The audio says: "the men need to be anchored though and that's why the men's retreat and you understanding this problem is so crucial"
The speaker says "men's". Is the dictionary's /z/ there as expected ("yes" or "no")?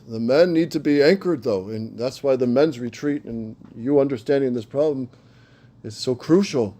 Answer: yes